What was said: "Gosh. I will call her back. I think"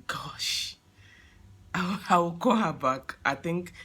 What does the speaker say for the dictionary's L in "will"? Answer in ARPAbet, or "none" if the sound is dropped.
W